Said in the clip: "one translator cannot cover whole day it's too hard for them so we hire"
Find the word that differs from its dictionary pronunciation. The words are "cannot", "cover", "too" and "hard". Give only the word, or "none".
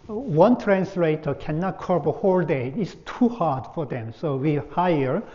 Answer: cover